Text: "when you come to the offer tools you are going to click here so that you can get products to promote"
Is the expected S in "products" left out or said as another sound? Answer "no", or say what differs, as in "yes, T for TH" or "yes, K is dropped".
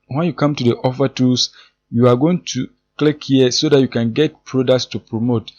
no